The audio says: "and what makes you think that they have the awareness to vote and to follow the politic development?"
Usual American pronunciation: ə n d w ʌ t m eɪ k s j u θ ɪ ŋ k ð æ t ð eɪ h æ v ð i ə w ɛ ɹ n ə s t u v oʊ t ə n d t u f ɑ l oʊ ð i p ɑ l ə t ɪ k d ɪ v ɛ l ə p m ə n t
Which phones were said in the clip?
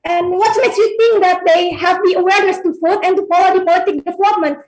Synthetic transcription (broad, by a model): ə n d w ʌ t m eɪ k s j u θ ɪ ŋ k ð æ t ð eɪ h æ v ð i ə w ɛ ɹ n ə s t u f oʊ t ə n t u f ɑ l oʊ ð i p ɑ l ə t ɪ k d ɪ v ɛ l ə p m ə n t